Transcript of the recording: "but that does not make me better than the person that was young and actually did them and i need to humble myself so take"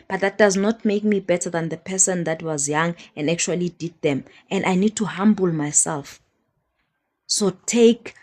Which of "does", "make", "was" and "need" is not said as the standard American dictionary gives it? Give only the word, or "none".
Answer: none